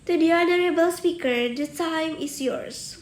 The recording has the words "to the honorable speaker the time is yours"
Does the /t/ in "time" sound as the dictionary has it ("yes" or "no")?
no